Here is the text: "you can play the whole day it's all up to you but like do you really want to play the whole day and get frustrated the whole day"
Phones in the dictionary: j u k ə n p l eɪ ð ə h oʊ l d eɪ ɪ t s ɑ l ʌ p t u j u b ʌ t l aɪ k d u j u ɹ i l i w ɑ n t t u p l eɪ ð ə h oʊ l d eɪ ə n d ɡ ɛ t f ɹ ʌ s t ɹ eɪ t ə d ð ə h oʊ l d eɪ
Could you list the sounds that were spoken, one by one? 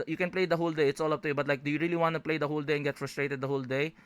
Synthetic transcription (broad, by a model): j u k ə n p l eɪ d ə h oʊ l d eɪ ɪ t s ɑ l ʌ p t u j u b ʌ t l aɪ k d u j u ɹ i l i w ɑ n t t u p l eɪ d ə h oʊ l d eɪ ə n ɡ ɛ t f ɹ ʌ s t ɹ eɪ t ə d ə h oʊ l d eɪ